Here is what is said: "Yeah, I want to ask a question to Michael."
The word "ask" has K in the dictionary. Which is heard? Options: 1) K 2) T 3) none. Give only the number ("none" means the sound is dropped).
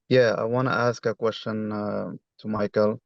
1